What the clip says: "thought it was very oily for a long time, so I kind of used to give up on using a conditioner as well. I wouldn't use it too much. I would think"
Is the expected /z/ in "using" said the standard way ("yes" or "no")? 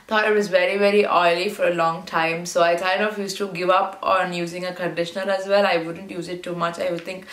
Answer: yes